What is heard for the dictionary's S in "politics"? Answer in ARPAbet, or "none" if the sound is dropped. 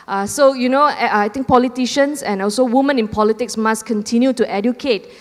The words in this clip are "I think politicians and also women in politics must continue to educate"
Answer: S